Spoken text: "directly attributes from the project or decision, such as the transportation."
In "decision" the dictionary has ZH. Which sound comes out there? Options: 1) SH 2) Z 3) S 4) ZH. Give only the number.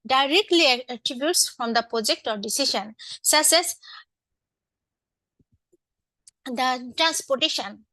1